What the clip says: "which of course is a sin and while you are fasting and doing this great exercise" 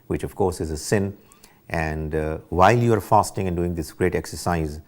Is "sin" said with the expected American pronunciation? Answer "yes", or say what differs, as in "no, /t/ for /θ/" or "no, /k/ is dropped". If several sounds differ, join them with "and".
yes